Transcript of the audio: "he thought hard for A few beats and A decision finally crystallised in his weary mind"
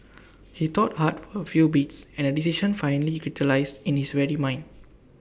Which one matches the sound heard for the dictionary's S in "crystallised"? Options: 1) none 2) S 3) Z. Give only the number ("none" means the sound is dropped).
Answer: 1